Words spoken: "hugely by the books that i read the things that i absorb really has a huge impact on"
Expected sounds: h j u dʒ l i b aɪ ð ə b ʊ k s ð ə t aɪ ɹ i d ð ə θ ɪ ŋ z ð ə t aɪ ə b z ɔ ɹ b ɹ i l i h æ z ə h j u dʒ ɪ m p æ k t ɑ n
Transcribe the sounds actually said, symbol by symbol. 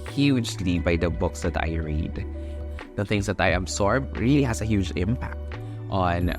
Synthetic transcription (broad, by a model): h j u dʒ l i b aɪ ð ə b ʊ k s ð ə t aɪ ɹ i d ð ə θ ɪ ŋ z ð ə t aɪ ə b s ɔ ɹ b ɹ i l i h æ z ə h j u dʒ ɪ m p æ k t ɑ n